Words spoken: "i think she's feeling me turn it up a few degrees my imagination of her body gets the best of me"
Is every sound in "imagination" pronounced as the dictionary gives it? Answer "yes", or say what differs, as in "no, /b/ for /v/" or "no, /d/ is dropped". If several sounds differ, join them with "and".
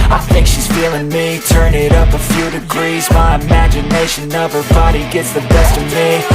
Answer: yes